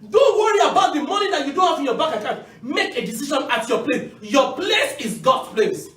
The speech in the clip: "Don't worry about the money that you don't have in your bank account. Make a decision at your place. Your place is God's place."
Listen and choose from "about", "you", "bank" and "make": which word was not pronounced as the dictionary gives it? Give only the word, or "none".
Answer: bank